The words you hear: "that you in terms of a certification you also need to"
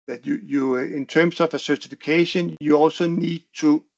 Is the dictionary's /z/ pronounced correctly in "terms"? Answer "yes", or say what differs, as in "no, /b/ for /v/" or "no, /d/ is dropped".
no, /s/ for /z/